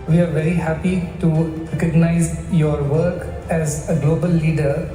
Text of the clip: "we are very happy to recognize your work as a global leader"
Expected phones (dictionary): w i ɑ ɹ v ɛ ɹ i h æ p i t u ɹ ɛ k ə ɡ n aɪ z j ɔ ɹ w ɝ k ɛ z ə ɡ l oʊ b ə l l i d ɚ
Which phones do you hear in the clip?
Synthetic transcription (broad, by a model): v i ɑ ɹ v ɛ ɹ i h æ p i t u ɹ ɛ k ə ɡ n aɪ z j ɔ ɹ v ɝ k ɛ z ə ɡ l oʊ b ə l l i d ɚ